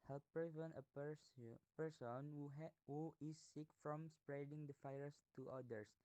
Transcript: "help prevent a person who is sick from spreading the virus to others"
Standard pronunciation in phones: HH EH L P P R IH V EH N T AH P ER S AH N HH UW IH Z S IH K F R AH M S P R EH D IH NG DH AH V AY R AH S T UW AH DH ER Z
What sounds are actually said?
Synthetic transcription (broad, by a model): HH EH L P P IH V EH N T AH P ER S AH N HH UW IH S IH K F R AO M S P R EH D IH NG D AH F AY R S T UW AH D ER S